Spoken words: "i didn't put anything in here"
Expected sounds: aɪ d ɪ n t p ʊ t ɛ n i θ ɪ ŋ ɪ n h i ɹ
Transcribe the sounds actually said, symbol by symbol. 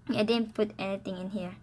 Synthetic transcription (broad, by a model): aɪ d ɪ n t p ʊ t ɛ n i t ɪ ŋ ɪ n h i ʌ